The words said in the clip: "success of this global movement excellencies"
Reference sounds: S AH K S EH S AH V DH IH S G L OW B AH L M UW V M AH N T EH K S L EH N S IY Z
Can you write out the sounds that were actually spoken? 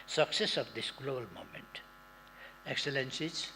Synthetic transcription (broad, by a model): S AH K S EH S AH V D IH S G L OW B AH L M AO M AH N T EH K S L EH N S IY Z